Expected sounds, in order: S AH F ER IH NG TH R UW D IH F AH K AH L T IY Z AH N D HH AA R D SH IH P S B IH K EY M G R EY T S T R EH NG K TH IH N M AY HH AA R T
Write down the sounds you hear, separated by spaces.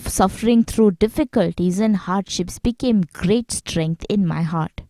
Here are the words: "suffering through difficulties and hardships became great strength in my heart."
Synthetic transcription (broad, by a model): S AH F ER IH NG T R UW D IH F AH K AH L T IY Z AH N D HH AA R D SH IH P S B IH K EY M G R EY T S T R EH NG K T IH N M AY HH AA R T